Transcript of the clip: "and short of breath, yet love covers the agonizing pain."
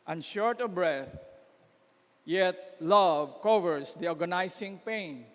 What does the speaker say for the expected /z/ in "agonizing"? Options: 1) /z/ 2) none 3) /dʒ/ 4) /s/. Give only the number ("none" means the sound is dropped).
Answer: 4